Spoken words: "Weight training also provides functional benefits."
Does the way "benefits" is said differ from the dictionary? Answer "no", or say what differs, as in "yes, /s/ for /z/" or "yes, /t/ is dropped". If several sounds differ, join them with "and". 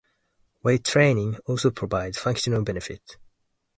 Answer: yes, /s/ is dropped